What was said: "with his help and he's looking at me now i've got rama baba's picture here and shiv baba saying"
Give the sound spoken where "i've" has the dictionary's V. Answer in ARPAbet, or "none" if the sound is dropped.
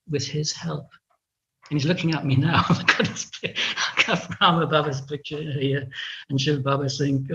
P